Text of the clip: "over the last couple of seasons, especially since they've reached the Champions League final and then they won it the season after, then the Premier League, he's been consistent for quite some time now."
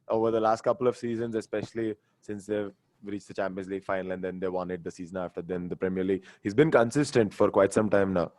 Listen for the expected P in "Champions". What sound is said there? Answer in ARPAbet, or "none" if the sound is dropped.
P